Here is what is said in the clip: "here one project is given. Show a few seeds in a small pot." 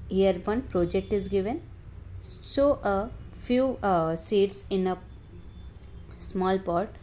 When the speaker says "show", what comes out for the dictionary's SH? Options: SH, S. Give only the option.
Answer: S